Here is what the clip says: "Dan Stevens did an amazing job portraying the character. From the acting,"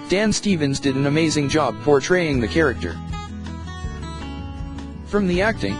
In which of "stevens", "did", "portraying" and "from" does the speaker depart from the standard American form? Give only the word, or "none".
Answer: none